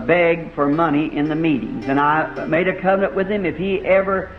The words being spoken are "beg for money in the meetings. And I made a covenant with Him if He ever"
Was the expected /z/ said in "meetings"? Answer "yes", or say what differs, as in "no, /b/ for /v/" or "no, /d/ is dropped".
yes